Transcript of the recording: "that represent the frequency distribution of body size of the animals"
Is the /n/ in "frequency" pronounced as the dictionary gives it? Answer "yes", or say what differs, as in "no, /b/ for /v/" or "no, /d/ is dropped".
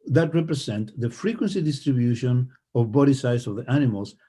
yes